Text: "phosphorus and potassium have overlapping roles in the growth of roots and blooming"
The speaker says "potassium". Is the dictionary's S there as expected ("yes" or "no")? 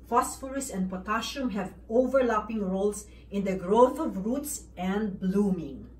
no